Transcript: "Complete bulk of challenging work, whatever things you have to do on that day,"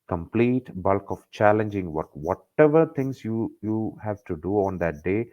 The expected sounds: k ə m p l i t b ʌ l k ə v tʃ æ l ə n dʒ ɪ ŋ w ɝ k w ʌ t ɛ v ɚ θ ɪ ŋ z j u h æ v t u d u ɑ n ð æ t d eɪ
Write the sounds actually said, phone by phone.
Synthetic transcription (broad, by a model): k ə m p l i t b ʌ l k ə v tʃ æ l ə n dʒ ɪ ŋ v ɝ k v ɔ t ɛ v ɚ t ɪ ŋ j j u h æ v t u d u ɑ n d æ t d eɪ